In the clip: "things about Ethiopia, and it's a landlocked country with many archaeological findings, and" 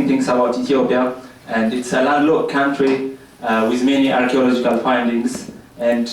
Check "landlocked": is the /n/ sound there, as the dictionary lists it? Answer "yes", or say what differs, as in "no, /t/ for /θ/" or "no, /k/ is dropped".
no, /n/ is dropped